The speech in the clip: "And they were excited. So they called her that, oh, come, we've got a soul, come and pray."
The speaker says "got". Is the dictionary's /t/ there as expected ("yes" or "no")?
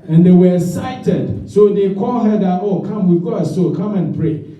no